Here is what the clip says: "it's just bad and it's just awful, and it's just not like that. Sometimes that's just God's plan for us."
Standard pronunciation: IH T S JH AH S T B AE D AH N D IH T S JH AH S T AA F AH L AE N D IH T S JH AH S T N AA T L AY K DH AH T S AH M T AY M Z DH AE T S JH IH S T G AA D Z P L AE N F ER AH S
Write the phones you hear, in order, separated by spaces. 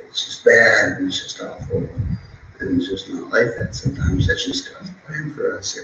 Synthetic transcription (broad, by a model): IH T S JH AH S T B AE D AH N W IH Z JH AH S T AA F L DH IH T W JH AH S T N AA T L AY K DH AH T S AH M T AY M Z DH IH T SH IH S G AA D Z P L AE N F ER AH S